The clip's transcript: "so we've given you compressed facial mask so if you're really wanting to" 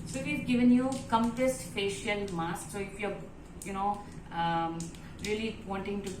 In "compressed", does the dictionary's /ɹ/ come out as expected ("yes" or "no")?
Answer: no